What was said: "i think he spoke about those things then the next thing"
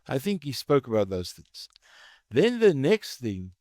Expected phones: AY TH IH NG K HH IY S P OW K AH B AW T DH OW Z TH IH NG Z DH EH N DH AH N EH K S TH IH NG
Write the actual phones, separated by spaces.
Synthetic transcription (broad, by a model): AY TH IH NG K HH IY S P OW K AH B AW T DH OW Z TH IH NG Z DH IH N DH AH N EH K S TH IH NG